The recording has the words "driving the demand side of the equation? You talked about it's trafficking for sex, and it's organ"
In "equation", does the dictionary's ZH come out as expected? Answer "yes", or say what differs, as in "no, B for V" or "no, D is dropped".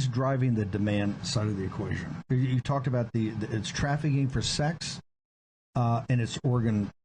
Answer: yes